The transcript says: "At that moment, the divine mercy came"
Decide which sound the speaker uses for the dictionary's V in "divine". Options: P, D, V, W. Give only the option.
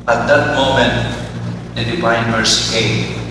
P